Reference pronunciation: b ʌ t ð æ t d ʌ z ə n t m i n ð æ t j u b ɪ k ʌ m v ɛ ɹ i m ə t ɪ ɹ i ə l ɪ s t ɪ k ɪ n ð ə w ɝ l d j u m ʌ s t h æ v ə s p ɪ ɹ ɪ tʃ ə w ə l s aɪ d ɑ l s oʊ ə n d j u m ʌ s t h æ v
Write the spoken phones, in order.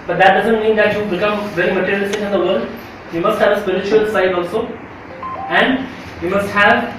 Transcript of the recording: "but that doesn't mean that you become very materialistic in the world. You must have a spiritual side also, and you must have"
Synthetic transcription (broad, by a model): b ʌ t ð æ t d ʌ z ə n t m i n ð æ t j u b ɪ k ʌ m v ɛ l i m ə t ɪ ɹ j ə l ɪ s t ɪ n ɪ n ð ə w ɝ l d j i m ʌ s t h æ v ə s p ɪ ɹ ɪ tʃ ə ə l s aɪ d ɑ l s oʊ ə n d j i m ʌ s t h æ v